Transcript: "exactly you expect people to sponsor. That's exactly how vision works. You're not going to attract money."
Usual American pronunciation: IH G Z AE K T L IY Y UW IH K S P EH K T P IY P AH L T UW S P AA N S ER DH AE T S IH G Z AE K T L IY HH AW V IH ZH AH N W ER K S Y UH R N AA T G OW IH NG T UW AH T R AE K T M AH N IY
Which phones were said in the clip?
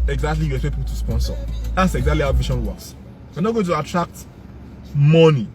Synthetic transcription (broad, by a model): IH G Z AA K T L IY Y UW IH S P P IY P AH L T UW S P AA N S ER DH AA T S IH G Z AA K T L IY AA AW V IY SH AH N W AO S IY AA N AA T G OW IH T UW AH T R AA K T M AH N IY